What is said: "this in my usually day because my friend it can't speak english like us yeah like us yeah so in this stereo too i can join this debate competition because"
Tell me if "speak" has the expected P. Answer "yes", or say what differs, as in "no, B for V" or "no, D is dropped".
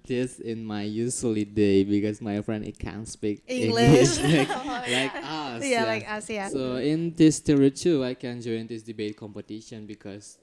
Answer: yes